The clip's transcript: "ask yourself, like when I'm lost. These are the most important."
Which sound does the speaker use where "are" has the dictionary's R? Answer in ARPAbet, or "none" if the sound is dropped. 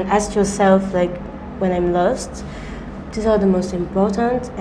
L